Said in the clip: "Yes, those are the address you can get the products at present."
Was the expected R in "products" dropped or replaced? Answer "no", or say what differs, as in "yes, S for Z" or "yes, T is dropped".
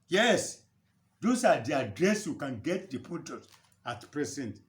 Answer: yes, R is dropped